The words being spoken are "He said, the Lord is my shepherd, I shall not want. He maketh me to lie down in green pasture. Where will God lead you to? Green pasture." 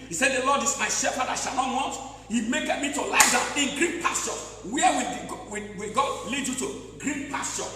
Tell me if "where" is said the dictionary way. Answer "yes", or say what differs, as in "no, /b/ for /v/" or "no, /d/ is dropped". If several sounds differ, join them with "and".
no, /w/ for /ɹ/